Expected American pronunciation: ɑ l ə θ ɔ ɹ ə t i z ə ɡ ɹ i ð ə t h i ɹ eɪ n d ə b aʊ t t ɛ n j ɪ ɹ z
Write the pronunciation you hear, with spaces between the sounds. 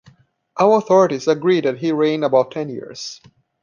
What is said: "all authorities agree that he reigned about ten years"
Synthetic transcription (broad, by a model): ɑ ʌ ə θ ɔ ɹ ə t i z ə ɡ ɹ i ð ə t h i ɹ eɪ n ə b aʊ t t ɛ n j ɪ ɹ z